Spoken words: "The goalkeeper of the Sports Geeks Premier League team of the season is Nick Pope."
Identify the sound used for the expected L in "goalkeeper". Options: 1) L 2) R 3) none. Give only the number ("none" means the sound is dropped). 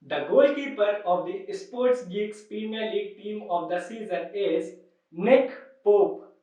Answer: 1